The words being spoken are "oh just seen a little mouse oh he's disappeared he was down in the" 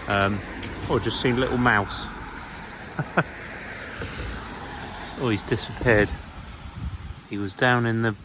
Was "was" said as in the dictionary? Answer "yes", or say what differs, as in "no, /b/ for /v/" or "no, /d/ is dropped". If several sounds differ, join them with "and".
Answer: yes